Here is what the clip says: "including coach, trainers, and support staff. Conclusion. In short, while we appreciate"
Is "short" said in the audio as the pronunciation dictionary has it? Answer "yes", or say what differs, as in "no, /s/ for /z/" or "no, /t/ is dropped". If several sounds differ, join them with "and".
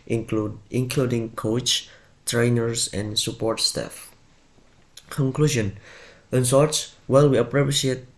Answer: no, /s/ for /ʃ/